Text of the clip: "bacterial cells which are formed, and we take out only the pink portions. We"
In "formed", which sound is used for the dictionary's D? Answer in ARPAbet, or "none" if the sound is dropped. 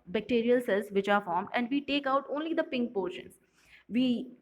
D